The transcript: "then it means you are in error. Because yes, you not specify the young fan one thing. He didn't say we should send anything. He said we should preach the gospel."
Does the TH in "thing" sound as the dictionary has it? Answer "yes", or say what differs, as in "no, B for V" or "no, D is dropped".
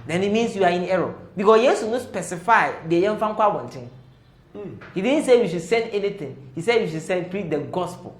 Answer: no, T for TH